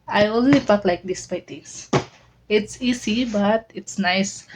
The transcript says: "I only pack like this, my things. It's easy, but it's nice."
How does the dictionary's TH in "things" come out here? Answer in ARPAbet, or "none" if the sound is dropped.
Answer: T